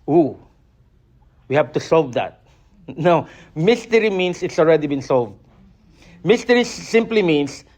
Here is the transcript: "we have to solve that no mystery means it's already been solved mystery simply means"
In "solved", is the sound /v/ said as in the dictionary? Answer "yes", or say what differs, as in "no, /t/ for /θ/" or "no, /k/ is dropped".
yes